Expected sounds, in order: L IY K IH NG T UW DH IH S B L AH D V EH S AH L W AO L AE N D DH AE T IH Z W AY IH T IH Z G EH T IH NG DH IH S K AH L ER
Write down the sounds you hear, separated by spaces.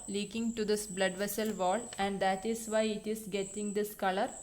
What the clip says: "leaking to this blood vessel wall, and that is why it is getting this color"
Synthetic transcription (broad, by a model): L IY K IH NG T UW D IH S B L AH D V EH S AH L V AO L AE N D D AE T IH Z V AY IH T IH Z G EH T IH NG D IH S K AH L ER